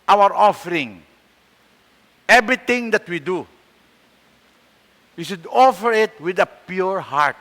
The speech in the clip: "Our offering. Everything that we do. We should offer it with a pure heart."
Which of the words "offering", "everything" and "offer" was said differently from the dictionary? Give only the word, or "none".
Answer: everything